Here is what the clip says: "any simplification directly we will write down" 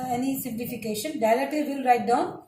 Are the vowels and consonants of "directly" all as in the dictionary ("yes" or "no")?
no